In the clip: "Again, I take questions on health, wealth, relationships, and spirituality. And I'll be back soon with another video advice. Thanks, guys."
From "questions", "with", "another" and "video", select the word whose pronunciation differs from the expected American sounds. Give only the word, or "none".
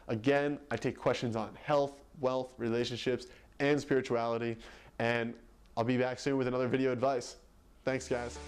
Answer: none